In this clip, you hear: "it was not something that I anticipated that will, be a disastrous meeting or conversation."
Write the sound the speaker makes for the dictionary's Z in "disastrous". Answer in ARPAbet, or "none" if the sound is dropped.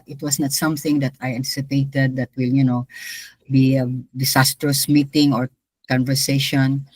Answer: S